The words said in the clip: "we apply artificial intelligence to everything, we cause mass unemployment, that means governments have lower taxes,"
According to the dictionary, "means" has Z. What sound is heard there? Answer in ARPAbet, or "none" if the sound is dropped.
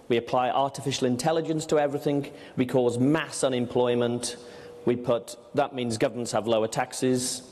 Z